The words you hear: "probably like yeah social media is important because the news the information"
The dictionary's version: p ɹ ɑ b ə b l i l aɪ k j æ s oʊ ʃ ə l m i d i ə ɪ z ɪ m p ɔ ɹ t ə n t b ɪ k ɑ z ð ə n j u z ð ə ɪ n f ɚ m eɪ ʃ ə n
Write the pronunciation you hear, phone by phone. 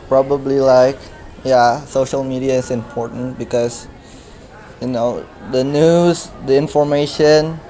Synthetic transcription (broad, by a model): p ɹ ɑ b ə b l i l aɪ k j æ s oʊ ʃ ə l m i d i ə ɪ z ɪ m p ɔ ɹ t ə n t b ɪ k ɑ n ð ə n j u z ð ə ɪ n f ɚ m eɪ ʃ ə n